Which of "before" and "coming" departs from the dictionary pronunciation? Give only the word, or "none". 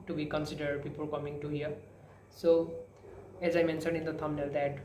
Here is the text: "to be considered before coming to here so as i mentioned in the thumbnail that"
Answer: before